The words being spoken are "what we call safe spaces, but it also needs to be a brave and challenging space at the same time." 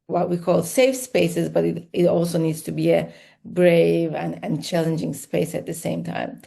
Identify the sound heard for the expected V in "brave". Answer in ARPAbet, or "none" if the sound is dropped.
V